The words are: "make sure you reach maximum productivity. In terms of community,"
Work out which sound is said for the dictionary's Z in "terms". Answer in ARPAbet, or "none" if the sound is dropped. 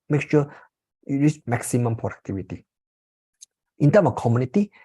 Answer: none